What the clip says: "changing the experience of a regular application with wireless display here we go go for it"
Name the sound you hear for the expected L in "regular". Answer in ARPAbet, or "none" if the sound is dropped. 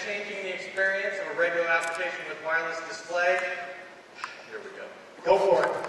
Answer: none